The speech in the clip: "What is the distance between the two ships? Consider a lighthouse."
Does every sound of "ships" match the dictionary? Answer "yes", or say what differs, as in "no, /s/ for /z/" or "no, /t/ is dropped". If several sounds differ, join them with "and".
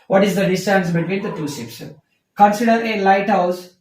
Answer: no, /s/ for /ʃ/